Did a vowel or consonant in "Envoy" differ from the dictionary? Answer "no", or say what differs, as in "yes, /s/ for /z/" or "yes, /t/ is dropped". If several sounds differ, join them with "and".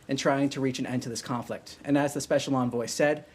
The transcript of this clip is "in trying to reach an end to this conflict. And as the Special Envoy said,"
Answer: no